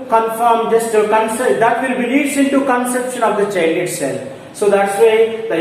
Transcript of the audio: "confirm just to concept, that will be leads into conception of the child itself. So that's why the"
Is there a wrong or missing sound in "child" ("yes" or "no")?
yes